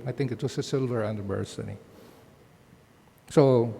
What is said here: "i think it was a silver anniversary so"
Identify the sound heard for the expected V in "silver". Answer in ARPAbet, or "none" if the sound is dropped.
V